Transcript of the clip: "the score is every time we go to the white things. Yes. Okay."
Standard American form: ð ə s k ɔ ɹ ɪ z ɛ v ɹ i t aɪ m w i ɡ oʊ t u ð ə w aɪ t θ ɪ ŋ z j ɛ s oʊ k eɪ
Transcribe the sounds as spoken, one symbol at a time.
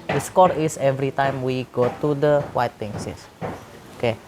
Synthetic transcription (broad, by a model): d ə s k ɔ ɹ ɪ s ɛ v ɹ i t aɪ m w i ɡ oʊ t u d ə w aɪ t t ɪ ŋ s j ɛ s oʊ k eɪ